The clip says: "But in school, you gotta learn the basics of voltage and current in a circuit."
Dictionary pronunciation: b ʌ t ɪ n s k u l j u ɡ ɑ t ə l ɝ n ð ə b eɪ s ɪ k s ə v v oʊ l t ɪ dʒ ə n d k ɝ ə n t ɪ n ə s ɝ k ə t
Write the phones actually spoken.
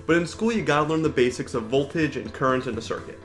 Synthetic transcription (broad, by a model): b ʌ t ɪ n s k u l j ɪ ɡ ɑ t ə l ɝ n ð ə b eɪ s ɪ k s ə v v oʊ l t ɪ dʒ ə n k ɝ ə n t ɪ n ə s ɝ k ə t